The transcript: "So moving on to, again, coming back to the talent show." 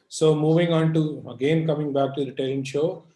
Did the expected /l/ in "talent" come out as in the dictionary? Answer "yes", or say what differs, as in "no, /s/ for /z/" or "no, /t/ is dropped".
no, /l/ is dropped